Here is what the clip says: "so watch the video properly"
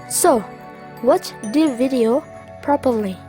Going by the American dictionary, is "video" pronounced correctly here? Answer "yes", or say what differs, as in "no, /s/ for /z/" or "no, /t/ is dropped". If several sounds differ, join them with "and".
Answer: yes